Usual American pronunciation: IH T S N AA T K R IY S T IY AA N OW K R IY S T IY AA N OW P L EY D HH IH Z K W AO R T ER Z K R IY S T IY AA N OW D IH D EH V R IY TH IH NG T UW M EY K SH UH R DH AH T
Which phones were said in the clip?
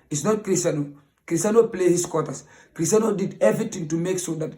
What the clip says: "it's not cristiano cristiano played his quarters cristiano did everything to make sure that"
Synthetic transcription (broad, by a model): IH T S N AA T K R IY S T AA N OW K R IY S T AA N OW P L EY HH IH S K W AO T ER S K R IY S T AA N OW D IH D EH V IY T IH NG T UW M EY K S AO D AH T